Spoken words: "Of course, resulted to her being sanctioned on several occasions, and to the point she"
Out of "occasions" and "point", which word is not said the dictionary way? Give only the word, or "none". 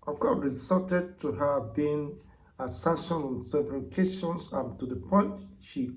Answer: occasions